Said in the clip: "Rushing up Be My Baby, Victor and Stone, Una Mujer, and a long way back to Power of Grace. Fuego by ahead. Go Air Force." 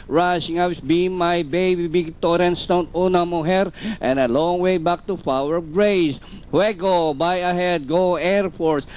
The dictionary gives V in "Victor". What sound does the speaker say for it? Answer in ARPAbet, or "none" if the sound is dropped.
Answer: B